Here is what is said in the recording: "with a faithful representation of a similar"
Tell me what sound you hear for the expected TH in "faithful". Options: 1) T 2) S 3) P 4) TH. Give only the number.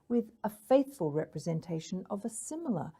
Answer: 4